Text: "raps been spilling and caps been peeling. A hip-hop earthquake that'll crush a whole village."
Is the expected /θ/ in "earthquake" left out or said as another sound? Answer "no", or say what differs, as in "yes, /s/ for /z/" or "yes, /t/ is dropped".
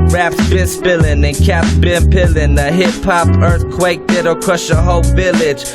no